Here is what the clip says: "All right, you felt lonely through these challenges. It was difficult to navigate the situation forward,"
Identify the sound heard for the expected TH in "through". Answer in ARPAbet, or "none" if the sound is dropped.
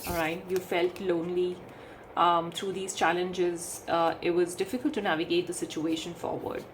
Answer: T